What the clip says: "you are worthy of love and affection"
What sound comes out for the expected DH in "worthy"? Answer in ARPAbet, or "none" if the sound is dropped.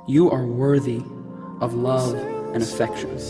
DH